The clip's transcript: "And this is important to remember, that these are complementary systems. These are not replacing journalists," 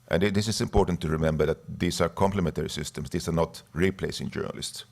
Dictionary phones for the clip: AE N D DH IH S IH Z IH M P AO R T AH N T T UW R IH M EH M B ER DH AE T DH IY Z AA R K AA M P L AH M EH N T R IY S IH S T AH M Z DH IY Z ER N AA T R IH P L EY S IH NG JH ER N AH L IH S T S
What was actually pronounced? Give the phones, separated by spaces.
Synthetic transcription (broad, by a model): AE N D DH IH S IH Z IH M P AO R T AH N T T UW R IH M EH M B ER DH AE T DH IY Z AA R K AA M P L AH M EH N T R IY S IH S T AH M S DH IY S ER N AA T R IH P L EY S IH NG JH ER N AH L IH S T S